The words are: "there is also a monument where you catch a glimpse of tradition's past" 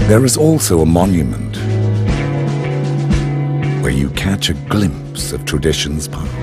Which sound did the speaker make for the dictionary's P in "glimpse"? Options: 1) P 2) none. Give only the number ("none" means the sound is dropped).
1